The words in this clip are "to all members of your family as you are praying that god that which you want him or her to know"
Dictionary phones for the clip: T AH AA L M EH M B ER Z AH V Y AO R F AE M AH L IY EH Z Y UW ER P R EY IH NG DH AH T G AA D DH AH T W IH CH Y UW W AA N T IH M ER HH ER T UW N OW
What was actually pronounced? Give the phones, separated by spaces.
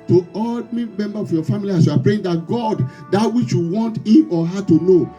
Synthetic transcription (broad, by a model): T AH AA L M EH M B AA AH F Y AO F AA M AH L IY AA S Y UW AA P R EY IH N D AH T G AA D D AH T W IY CH Y UW W AA N T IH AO HH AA T UW N OW